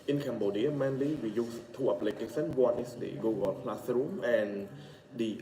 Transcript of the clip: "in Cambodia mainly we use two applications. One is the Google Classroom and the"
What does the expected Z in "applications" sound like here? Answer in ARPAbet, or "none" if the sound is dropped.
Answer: none